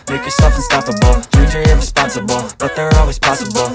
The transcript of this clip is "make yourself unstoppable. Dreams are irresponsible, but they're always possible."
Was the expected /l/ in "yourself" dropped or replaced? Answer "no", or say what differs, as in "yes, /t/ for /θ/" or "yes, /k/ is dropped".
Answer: yes, /l/ is dropped